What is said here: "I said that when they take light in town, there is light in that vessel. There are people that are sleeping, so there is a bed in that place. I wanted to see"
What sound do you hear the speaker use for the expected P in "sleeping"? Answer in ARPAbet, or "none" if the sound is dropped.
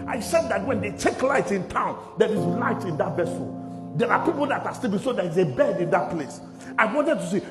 B